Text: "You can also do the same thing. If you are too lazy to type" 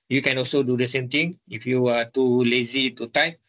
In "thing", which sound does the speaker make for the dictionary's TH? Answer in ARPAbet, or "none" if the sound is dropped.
T